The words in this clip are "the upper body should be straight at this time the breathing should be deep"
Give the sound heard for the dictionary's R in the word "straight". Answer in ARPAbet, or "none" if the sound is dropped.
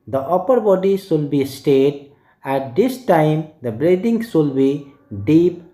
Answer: none